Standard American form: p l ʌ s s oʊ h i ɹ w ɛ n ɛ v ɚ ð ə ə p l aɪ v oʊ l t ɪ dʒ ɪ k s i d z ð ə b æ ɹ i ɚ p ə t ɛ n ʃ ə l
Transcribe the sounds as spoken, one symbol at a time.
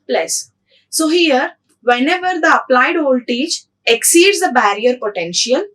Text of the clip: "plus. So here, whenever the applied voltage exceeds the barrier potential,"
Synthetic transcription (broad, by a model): p l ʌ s s oʊ h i ɹ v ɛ n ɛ v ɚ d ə ə p l aɪ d oʊ l t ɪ tʃ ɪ k s i d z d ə b æ ɹ i ɚ p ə t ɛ n ʃ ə l